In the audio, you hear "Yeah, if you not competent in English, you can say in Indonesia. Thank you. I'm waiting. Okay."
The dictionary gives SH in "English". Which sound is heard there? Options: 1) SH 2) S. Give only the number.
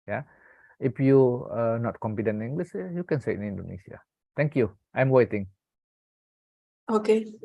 2